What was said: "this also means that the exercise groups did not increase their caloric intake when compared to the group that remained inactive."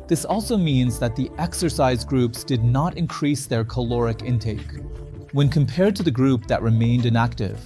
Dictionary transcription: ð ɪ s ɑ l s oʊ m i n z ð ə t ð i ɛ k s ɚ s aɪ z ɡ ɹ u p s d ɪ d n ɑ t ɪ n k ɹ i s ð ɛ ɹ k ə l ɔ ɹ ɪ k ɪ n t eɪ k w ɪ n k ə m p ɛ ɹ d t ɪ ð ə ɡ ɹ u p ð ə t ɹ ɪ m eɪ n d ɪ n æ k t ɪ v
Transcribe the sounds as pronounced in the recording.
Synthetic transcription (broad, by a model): ð ɪ s ɑ l s oʊ m i n z ð ə t ð i ɛ k s ɚ s aɪ z ɡ ɹ u p s d ɪ d n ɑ t ɪ n k ɹ i s ð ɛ ɹ k ə l ɔ ɹ ɪ k ɪ n t eɪ k w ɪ n k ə m p ɛ ɹ d t ɪ ð ə ɡ ɹ u p ð ə t ɹ ɪ m eɪ n d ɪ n æ k t ɪ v